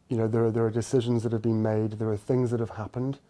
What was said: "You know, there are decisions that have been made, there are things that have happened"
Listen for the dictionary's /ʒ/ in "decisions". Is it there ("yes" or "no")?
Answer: yes